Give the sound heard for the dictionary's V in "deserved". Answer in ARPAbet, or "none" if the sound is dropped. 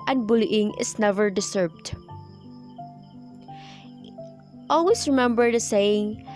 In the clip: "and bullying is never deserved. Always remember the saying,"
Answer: B